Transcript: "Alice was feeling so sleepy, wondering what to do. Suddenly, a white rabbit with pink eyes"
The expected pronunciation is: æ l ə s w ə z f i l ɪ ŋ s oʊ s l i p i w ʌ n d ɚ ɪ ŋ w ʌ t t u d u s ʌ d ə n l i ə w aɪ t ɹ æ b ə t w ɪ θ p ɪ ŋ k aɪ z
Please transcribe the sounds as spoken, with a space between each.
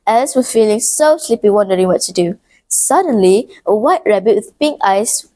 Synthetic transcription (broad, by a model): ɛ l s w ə f i l ɪ ŋ s oʊ s l i p i w ʌ n d ɚ ɪ ŋ w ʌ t t u d u s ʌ d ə n l i ə w aɪ t ɹ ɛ b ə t w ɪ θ p ɪ ŋ k aɪ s